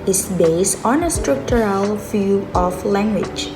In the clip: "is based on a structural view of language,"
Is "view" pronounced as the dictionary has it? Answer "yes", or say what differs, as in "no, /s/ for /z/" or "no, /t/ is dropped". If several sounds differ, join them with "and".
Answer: no, /f/ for /v/